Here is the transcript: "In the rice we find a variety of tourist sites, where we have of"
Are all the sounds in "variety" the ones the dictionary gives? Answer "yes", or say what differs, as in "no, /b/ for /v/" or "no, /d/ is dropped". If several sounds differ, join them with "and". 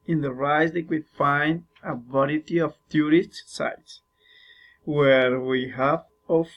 no, /b/ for /v/